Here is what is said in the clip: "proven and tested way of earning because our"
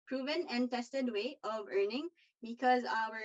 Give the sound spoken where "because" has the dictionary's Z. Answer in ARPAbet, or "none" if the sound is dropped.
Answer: Z